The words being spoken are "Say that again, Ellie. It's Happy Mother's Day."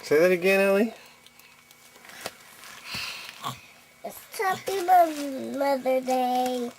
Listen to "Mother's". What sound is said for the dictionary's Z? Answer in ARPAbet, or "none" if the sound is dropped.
none